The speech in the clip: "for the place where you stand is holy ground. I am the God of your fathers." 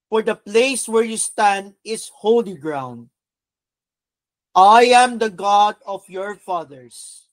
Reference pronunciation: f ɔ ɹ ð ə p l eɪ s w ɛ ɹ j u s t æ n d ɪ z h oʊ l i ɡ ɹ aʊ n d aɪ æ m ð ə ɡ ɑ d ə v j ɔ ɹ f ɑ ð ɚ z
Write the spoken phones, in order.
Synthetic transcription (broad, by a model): f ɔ ɹ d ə p l eɪ s w ɛ ɹ j u s t æ n d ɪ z h oʊ l i ɡ ɹ aʊ n d aɪ æ m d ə ɡ ɑ d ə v j ɔ ɹ f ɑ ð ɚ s